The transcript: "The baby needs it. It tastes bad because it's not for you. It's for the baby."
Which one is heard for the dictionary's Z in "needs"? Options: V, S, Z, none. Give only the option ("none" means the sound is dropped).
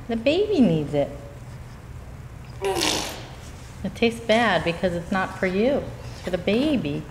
Z